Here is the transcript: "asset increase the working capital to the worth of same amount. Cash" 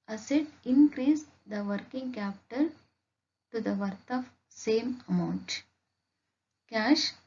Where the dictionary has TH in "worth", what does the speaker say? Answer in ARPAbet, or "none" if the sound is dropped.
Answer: T